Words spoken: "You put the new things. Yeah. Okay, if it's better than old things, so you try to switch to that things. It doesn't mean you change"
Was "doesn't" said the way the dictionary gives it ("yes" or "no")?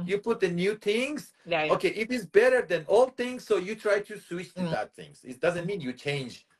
yes